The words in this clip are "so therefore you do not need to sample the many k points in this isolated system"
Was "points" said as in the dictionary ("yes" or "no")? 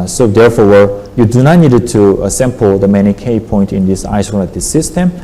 no